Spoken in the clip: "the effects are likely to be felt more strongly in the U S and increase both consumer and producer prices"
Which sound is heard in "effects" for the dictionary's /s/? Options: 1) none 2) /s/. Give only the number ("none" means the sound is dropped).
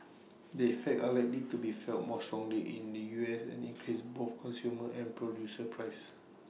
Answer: 1